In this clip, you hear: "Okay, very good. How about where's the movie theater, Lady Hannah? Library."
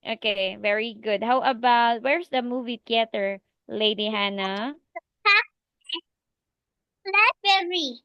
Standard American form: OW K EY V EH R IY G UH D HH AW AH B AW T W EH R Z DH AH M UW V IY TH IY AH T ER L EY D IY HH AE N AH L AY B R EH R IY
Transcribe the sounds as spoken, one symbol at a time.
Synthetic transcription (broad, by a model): OW K EY V EH R IY G UH D HH AW AH B AW T W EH R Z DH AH M UW V IY T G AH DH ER L EY D IY HH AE N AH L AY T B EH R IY